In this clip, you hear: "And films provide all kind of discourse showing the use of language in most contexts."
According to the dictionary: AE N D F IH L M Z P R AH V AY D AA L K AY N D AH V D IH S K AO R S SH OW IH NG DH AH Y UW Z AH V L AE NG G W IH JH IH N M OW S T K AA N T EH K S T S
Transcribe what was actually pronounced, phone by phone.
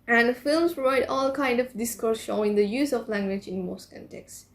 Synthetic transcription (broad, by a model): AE N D F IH L M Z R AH IH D AA L K AY N D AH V D IH S K AO R S SH OW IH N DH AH Y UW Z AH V L AE NG G W IH JH IH N M OW S T K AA N T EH K S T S